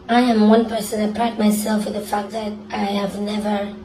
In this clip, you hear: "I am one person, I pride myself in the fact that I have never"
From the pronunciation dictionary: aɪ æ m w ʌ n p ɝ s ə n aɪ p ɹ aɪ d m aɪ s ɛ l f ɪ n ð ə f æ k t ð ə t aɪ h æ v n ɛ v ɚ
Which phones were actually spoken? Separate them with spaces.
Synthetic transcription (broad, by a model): aɪ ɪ m w ʌ n p ɝ s ə n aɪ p l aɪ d m aɪ s ɛ l f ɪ ð ə f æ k ð ə t aɪ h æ v n ɛ v ɚ